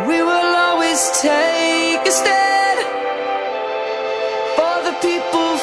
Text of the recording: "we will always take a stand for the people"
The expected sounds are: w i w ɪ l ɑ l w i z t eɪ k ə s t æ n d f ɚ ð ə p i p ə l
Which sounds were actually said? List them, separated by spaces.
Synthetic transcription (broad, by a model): w i w ɪ l ɑ l w i z t eɪ k ə s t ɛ d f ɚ ð ə p i p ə l